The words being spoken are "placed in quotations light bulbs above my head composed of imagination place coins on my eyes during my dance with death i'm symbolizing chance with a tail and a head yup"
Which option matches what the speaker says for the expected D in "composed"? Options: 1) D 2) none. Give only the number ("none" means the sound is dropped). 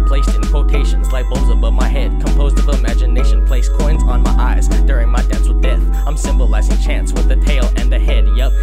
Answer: 1